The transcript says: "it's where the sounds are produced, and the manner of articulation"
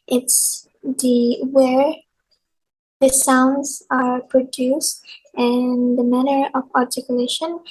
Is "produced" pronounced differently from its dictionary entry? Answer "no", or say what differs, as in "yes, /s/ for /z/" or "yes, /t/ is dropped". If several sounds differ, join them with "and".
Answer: no